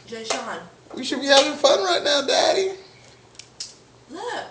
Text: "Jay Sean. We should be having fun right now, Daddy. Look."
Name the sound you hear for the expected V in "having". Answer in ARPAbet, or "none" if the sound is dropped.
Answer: V